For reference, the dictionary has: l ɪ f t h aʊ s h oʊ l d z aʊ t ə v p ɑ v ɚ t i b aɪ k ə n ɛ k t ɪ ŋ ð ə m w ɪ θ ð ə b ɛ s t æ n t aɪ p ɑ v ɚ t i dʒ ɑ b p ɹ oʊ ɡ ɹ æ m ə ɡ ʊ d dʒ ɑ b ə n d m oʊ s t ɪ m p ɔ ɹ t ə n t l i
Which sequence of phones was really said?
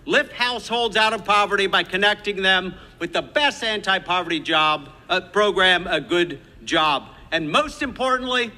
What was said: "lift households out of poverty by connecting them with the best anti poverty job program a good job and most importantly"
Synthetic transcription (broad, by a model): l ɪ f t h aʊ s h oʊ l d z aʊ t ə v p ɑ v ɚ t i b aɪ k ə n ɛ k t ɪ ŋ ð ə m w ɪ ð ə b ɛ s t æ n t aɪ p ɑ v ɚ t i dʒ ɑ b p ɹ oʊ ɡ ɹ æ m ə ɡ ʊ d dʒ ɑ b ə n m oʊ s t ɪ m p ɔ ɹ t n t l i